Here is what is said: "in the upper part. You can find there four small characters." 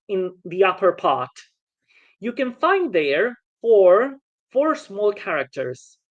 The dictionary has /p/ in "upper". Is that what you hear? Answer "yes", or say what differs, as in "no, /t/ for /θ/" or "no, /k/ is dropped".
yes